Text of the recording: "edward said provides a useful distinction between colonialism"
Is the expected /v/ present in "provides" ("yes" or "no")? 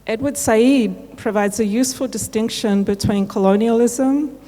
yes